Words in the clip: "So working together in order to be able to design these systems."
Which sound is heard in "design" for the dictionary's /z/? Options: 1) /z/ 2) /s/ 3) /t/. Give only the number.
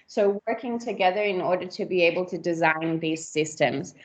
1